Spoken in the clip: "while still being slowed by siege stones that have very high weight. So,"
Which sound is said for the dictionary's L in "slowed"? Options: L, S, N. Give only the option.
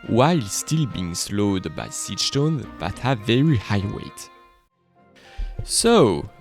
L